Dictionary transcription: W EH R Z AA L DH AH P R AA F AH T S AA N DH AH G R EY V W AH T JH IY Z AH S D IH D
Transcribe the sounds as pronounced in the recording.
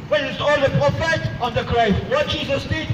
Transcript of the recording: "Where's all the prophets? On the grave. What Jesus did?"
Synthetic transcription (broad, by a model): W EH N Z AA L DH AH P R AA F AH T AA N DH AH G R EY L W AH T JH IY Z AH S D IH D